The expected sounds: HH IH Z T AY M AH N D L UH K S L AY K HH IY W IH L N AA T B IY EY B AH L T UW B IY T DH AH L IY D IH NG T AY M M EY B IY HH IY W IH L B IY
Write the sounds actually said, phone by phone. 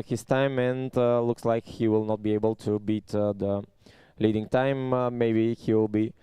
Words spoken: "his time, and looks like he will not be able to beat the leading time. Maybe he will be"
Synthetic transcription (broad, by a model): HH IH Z T AY M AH N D L UH K S L AY K HH IY W IH L N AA T B IY EY B AH L T UW B IY T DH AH L IY D IH NG T AY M M EY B IY HH IY W IH L B IY